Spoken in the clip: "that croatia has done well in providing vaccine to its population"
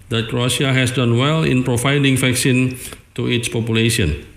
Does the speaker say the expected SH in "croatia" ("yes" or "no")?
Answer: no